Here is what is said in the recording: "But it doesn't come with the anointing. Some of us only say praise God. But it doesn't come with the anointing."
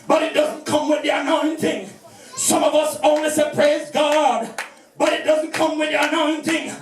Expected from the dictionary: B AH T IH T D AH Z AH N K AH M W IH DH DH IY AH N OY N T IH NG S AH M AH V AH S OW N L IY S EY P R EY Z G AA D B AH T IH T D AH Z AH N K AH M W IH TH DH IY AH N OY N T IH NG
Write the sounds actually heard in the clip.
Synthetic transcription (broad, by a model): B AH T IH T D AH Z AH N K AH M W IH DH DH IY AH N OY N T IH NG S AH M AH V AH S OW N L IY S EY P R EY Z G AA D B AH T IH T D AH Z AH N K AH M W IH DH IY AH N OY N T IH NG